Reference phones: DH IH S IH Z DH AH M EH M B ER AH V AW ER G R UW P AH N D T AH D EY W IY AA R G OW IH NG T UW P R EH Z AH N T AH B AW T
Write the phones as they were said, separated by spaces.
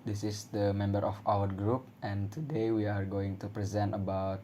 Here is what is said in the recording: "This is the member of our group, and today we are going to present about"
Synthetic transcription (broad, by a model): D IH S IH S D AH M EH M B ER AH F AW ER G R UW P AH N T AH D EY W IY AA R G OW IH NG T UW P R EH Z AH N T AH B AW T